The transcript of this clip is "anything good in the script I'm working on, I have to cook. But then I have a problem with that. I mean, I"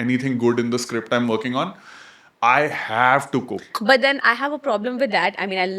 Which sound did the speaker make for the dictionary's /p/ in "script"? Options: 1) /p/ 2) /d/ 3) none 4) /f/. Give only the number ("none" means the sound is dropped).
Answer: 1